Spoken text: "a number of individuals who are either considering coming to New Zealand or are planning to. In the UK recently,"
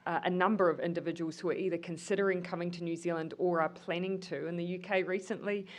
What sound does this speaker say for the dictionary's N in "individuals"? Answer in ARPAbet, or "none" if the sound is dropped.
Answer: N